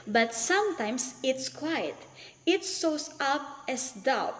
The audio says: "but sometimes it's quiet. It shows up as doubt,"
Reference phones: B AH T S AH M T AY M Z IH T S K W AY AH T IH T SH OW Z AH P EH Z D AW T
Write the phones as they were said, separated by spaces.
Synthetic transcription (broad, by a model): B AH T S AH M T AY M S IH T S K W AY AH T IH T S OW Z AH P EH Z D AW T